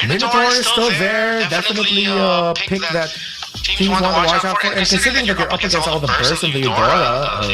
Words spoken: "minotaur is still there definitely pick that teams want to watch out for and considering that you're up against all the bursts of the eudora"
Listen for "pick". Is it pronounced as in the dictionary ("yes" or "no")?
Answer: yes